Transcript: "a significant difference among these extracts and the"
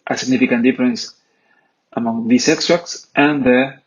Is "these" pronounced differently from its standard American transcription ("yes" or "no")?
yes